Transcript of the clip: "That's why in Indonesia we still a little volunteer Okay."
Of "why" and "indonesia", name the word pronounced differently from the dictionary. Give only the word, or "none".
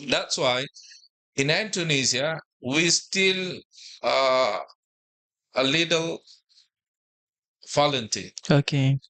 indonesia